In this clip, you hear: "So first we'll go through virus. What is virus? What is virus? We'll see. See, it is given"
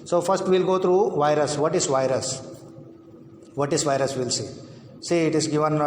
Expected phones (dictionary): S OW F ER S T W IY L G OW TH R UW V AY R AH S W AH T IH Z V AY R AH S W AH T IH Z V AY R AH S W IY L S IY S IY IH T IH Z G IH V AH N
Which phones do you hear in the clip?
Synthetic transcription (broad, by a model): S OW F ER S T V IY L G OW T R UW V AY R AH S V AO T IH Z V AY R AH S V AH T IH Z V AY R AH S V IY L S IY S IY IH T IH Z G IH V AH N